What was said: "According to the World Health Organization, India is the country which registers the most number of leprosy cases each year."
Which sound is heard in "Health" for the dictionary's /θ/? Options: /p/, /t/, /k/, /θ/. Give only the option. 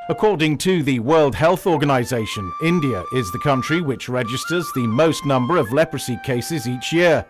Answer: /θ/